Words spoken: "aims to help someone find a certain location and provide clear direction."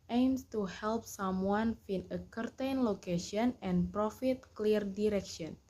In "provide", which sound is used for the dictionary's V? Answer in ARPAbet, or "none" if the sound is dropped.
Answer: F